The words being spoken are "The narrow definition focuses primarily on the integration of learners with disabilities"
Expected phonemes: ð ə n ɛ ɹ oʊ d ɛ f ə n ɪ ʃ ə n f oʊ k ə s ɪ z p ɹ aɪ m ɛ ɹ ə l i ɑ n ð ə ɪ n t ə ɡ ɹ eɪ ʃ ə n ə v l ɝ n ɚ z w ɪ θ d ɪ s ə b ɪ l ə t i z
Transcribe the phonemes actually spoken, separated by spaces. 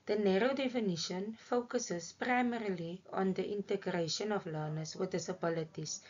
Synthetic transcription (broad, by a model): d ə n ɛ ɹ oʊ d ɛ f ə n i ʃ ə n f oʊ k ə s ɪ s p ɹ aɪ m ɛ ɹ ə l i ɑ n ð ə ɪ n t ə ɡ ɹ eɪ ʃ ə n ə f l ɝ n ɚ s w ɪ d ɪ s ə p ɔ l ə t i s